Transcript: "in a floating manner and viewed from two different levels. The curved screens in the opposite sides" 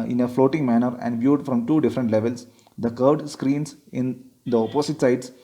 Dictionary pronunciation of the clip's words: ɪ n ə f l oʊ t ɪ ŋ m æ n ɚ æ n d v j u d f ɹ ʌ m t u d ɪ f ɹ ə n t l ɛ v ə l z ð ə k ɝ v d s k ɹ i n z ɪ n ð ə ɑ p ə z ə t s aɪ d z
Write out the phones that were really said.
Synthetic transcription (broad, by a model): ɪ n ə f l oʊ t ɪ ŋ m æ n ɚ æ n d v j u d f ɹ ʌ m t u d ɪ f ɹ ə n t l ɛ v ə l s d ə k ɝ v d s k ɹ i n s ɪ n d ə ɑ p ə s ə t s aɪ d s